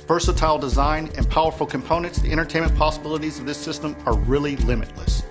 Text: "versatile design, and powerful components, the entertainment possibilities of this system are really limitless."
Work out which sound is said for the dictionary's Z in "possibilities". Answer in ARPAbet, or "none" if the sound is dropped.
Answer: Z